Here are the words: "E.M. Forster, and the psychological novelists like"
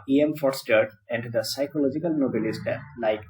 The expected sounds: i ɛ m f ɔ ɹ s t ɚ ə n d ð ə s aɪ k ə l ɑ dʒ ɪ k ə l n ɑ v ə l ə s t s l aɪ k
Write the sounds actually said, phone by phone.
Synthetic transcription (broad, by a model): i ɛ m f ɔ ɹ s t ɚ ə n d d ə s aɪ k ə l ɑ dʒ ɪ k ə l n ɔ b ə l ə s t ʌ l aɪ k